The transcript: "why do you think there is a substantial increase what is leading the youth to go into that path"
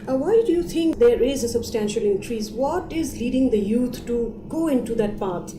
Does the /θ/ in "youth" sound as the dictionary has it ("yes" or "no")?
no